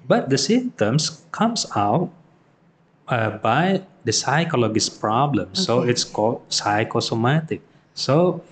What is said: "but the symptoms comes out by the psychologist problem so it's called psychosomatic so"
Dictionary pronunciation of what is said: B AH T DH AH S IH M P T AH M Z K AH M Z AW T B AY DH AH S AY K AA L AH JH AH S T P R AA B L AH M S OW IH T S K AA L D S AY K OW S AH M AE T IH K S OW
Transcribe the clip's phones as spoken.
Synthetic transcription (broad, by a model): B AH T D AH S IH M T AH M S K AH M S AW T B AY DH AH S AY K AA L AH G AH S P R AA B L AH M S OW IH T S K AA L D S AY K OW S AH M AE T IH K S OW